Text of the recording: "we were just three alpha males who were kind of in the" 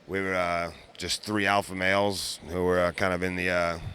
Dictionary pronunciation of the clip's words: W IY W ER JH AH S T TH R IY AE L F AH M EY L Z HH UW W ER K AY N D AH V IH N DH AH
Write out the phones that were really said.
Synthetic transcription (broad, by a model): W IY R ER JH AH S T TH R IY AE L F AH M EY L Z HH UW W ER K AY N D AH V IH N DH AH